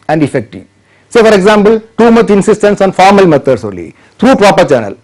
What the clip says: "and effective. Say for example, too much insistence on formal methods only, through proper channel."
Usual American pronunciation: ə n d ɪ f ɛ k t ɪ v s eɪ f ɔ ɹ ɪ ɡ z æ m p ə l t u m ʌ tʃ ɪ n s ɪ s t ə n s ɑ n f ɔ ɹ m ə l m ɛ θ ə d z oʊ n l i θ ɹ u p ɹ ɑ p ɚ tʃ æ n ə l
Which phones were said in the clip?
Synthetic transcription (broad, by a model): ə n d ɪ f ɛ k t ɪ v s eɪ f ɔ ɹ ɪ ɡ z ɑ m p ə l t u m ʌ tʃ ɪ n s ɪ s t ə n s ɑ n f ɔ ɹ m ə l m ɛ t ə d s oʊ l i t ɹ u p ɹ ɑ p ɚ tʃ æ n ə l